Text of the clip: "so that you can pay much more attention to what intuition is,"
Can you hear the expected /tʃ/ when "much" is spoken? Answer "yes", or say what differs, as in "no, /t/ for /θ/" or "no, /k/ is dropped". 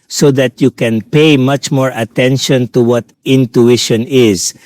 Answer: yes